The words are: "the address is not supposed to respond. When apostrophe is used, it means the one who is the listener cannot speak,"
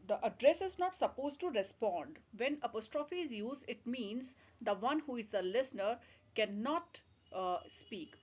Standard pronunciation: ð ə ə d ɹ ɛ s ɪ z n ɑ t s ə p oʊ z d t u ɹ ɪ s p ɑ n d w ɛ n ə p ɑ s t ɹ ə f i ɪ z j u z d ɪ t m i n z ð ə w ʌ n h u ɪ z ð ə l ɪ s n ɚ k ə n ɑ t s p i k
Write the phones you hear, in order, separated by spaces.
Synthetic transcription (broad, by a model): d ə ə d ɹ ɛ s ɪ z n ɑ t s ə p oʊ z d t u ɹ ɪ s p ɑ n d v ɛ n ə p ɑ s t ɹ ə f i ɪ z j u z d ɪ t m i n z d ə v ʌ n h u ɪ z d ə l ɪ s n ɚ k ə n ɑ t s p i k